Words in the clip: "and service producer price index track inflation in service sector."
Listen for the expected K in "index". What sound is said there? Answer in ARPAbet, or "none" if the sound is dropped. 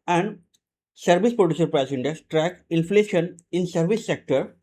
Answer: none